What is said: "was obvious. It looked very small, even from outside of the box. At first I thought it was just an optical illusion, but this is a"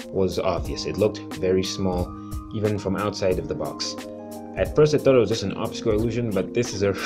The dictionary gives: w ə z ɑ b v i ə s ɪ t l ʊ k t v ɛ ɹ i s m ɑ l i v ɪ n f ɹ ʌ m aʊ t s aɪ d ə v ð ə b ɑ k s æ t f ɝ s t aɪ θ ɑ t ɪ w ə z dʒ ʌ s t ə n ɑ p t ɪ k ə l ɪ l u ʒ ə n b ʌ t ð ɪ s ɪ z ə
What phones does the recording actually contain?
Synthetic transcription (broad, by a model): w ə z ɑ b v i ə s ɪ t l ʊ k t v ɛ ɹ i s m ɑ l i v ɪ n f ɹ ʌ m aʊ t s aɪ d ə v ð ə b ɑ k s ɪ t f ɝ s t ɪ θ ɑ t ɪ w ə z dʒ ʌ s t ə n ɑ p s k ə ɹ ɪ l u ʒ ə n b ʌ t ð ɪ s ɪ z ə